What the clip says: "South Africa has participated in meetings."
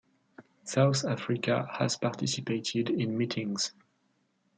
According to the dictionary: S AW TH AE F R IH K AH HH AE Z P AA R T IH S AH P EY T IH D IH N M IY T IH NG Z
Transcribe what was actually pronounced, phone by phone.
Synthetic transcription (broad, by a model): S AW TH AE F R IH K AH HH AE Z P AA R T IH S AH P EY T IH D IH N M IY T IH NG Z